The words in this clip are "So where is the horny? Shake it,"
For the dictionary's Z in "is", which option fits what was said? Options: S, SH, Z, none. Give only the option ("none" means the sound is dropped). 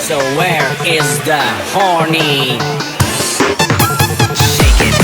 Z